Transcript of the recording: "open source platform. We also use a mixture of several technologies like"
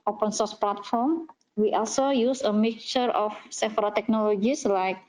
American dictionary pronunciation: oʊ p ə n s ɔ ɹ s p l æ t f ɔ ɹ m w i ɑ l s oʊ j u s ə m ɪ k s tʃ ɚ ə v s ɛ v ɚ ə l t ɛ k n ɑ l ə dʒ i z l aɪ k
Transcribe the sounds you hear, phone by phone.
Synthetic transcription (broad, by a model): oʊ p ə n s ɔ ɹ s p l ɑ t f ɔ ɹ m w i ɑ l s oʊ j u s ə m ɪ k tʃ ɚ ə f s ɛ f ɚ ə t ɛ k n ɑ l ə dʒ i s l aɪ k